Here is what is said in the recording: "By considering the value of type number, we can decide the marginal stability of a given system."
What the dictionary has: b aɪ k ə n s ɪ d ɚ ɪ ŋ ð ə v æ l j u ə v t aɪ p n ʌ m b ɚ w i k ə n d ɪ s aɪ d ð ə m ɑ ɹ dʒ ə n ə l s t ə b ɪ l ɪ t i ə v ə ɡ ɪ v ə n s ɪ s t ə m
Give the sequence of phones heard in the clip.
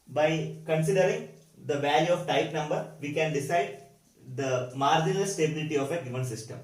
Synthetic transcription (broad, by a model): b aɪ k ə n s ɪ d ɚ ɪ ŋ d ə v æ l j u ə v t aɪ p n ʌ m b ɚ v i k ə n d ɪ s aɪ d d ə m ɑ ɹ dʒ ə n ə l s t ə b ɪ l ɪ t i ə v ə ɡ ɪ v ə n s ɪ s t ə m